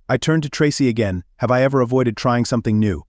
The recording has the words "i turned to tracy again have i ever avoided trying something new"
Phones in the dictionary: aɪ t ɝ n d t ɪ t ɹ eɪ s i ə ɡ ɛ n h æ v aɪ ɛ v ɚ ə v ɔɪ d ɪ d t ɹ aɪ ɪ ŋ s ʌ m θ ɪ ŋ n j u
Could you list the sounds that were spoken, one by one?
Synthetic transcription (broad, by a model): aɪ t ɝ n t ɪ t ɹ eɪ s i ə ɡ ɛ n h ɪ v aɪ ɛ v ɚ ə v ɔɪ d ɪ d t ɹ aɪ ɪ ŋ s ʌ m θ ɪ ŋ n j u